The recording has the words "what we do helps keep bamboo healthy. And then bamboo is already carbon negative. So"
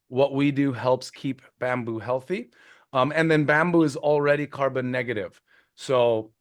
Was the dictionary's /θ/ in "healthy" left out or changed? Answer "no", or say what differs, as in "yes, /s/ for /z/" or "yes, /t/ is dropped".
no